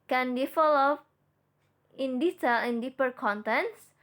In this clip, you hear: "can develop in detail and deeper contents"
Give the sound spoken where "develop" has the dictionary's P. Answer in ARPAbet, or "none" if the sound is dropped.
none